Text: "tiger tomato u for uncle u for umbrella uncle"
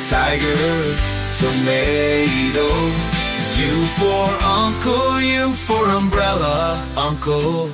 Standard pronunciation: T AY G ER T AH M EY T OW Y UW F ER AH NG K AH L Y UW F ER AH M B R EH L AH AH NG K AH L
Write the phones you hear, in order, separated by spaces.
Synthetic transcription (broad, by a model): T AY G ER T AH M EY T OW Y UW F ER AH NG K AH L Y UW F ER AH M B R EH L AH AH NG K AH L